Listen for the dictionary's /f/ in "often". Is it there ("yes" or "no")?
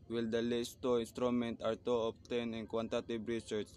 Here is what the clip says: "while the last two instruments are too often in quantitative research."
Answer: no